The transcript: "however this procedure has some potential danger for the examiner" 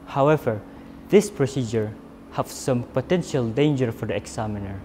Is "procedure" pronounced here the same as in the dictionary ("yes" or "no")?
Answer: yes